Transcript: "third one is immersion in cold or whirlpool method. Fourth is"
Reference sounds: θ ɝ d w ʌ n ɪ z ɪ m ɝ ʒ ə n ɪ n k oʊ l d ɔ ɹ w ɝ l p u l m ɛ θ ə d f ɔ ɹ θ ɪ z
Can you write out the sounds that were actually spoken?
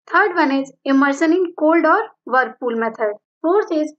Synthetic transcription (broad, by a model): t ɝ d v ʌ n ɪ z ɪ m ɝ s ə n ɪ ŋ k oʊ l d ɔ ɹ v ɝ p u l m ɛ t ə d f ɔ ɹ t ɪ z